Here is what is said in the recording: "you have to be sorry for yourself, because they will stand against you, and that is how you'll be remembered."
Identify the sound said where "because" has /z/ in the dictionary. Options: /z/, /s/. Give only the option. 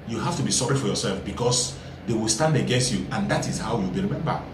/s/